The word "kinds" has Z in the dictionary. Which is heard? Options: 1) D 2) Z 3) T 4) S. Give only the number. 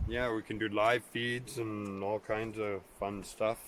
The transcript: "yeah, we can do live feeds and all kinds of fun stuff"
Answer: 2